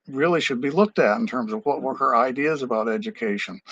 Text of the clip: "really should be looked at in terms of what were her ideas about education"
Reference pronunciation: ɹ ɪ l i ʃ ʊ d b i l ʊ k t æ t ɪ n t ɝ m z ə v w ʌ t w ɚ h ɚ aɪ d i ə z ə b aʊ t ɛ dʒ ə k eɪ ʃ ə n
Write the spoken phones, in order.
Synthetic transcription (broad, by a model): ɹ ɪ l i ʃ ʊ d b i l ʊ k t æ t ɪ n t ɝ m z ə v w ʌ t w ɚ h ɚ aɪ d i ə z ə b aʊ t ɛ dʒ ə k eɪ ʃ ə n